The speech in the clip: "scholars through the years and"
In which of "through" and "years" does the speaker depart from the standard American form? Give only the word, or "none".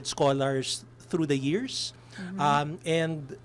years